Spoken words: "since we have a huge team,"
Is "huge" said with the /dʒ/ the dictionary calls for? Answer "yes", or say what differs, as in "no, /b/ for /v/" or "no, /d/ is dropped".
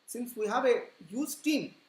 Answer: no, /z/ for /dʒ/